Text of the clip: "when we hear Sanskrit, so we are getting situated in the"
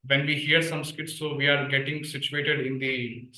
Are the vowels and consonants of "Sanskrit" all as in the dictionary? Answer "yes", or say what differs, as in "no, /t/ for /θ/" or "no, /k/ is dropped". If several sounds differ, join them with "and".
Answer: no, /ɹ/ is dropped